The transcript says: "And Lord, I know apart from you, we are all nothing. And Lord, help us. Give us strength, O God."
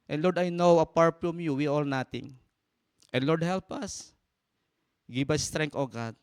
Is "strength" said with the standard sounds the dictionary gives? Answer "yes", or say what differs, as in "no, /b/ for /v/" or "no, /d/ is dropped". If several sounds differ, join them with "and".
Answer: no, /t/ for /θ/